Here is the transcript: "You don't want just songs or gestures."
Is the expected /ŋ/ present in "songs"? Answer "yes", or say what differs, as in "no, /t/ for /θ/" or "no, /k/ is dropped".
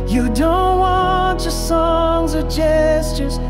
yes